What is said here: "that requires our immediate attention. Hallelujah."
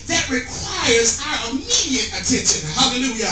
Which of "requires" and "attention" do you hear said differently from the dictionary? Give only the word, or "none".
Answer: none